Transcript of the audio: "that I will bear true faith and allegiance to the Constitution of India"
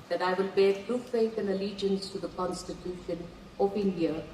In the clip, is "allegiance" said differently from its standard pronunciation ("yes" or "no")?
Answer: no